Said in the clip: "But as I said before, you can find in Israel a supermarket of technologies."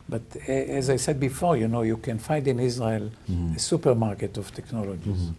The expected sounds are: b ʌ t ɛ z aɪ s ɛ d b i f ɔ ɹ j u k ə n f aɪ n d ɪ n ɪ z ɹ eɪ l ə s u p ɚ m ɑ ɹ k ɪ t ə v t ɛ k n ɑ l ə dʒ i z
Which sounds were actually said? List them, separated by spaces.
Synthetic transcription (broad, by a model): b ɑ t ɛ z aɪ s ɛ d b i f ɔ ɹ j u k ə n f aɪ n d ɪ n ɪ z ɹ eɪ l ə s u p ɚ m ɑ ɹ k ɪ t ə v t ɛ k n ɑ l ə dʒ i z